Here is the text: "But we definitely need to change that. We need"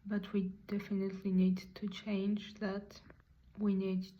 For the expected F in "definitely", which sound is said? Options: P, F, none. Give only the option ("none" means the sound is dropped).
F